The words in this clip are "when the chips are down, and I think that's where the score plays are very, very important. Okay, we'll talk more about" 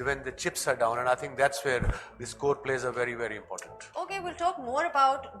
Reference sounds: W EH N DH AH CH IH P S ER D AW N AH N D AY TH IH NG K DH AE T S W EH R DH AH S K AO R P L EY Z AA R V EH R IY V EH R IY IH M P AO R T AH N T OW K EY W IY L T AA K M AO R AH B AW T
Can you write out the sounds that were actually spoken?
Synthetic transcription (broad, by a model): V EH N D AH CH IH P S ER D AW N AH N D AY T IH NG K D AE T S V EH R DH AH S K AO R P L EY Z AA R V EH R IY V EH R IY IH M P AO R T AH N T OW K EY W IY L T AA K M AO R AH B AW T